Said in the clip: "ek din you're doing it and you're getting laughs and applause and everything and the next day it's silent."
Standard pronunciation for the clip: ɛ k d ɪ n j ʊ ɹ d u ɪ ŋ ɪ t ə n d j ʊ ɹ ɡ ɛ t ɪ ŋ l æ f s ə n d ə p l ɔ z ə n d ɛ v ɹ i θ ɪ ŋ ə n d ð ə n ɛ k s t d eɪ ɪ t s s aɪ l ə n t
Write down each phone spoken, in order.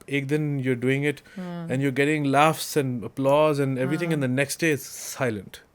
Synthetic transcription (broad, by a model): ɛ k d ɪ n j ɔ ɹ d u ɪ ŋ ɪ t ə n j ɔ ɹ ɡ ɛ t ɪ ŋ l æ f s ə n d ə p l ɔ z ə n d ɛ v ɹ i t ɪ ŋ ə n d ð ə n ɛ k s t d eɪ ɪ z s s aɪ l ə n t